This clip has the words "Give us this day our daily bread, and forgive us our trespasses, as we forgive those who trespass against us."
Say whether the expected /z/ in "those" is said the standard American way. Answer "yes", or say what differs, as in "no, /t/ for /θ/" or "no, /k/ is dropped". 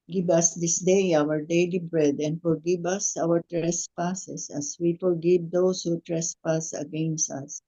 no, /s/ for /z/